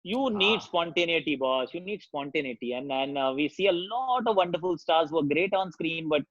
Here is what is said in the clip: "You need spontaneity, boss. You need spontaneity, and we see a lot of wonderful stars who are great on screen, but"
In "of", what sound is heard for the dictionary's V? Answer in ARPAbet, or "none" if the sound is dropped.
V